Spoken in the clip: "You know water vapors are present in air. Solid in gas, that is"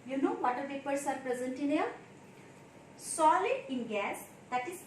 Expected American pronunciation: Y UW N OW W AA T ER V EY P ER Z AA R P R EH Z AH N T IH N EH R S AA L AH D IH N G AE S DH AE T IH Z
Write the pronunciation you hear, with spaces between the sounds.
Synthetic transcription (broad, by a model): Y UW N OW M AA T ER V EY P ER S AA R P R EH Z AH N T IH N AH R S AA L AH D IH N G AE S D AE T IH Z